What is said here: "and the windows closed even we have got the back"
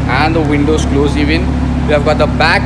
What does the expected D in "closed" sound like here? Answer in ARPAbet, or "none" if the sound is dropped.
none